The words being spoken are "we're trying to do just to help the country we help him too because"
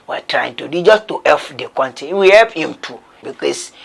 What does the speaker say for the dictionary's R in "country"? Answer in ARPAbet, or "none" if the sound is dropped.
none